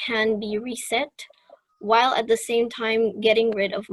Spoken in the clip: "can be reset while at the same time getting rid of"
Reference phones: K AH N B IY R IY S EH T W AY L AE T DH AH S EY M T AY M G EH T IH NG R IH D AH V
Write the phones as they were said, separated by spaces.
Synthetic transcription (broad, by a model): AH N B IY R IY S EH T W AY L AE T DH AH S EY M T AY M G EH T IH NG R IH D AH V